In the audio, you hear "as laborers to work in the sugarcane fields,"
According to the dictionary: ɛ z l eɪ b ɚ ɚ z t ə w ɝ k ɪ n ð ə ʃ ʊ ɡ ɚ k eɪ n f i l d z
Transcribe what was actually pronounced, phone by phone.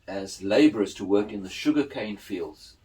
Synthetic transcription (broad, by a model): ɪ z l eɪ b ɚ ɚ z t ə w ɝ k ɪ n ð ə ʃ ʊ ɡ ɚ k eɪ n f i l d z